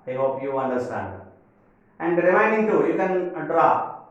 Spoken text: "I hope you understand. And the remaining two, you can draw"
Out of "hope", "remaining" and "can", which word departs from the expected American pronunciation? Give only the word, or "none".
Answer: remaining